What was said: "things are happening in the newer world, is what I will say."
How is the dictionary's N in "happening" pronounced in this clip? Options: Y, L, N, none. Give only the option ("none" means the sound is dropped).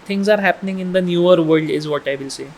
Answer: N